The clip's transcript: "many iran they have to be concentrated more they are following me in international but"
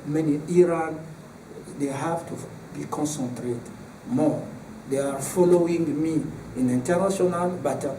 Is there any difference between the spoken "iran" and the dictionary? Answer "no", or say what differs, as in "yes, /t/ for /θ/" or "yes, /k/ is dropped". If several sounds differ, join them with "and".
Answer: no